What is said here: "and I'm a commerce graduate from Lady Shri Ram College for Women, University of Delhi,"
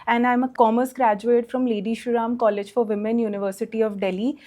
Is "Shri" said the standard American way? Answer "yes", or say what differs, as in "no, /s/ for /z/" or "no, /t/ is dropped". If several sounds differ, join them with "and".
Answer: no, /ɹ/ is dropped